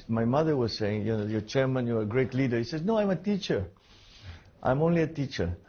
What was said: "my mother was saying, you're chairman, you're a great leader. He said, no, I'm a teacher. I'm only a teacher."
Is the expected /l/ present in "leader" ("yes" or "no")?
yes